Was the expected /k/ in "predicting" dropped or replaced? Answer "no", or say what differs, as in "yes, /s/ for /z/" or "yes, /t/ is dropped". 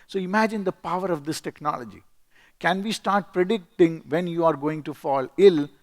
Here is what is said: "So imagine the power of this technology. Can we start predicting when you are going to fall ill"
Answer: no